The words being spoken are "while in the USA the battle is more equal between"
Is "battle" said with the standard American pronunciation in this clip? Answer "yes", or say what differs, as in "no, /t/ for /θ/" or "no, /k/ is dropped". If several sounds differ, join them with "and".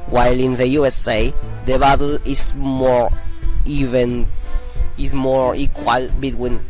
no, /n/ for /l/